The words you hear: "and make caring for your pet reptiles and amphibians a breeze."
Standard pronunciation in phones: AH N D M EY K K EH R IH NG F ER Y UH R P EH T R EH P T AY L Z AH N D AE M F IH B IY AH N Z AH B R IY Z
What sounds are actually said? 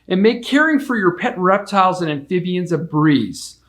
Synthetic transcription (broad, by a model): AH N M EY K K EH R IH NG F ER Y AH R P EH T R EH P T AY L Z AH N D AE M F IH B IY AH N Z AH B R IY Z